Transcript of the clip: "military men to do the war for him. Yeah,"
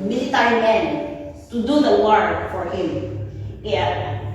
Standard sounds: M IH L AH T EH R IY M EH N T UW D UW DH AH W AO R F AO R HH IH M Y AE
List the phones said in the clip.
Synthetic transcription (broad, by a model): M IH L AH T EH R IY M EH N T UW D UW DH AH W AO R F AO R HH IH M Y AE